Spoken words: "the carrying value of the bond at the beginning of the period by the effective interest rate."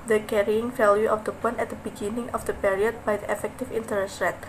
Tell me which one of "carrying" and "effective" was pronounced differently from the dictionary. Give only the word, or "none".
effective